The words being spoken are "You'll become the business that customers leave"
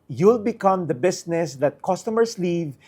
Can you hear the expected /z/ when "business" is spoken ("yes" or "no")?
no